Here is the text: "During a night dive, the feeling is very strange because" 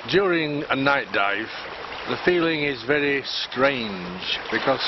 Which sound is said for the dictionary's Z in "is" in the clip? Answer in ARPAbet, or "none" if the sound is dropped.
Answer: Z